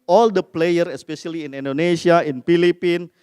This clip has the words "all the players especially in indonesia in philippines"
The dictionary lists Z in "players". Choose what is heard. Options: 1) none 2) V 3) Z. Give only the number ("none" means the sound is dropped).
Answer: 1